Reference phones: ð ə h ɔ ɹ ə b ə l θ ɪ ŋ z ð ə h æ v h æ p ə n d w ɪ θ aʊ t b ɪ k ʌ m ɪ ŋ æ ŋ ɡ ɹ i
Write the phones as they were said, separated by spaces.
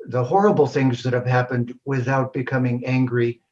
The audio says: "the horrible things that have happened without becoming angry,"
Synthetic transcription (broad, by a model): ð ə h ɔ ɹ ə b l θ ɪ ŋ z ð ə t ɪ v h æ p ə n d w ɪ θ aʊ t b ɪ k ʌ m ɪ ŋ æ ŋ ɡ ɹ i